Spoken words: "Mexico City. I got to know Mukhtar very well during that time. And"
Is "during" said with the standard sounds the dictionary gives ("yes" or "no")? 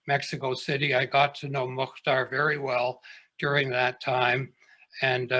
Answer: yes